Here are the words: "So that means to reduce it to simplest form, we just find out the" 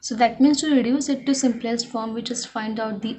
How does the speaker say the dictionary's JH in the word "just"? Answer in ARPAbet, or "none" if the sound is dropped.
CH